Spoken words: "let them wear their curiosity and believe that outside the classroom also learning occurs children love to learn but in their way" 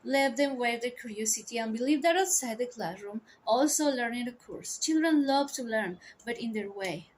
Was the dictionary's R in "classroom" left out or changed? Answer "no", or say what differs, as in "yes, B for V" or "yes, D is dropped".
no